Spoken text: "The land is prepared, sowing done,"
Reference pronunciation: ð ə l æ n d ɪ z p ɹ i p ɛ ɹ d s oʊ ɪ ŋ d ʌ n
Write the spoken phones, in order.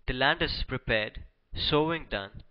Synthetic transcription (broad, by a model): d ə l æ n d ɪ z p ɹ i p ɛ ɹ d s oʊ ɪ ŋ d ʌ n